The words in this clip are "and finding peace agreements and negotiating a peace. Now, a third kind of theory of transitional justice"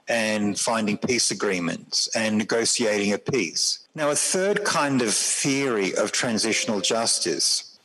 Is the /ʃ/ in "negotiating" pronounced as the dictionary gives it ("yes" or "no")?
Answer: no